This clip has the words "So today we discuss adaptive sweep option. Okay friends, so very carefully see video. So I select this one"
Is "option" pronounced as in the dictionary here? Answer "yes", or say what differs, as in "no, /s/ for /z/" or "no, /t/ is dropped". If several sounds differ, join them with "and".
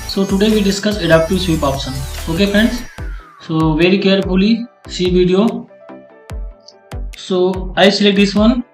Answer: no, /s/ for /ʃ/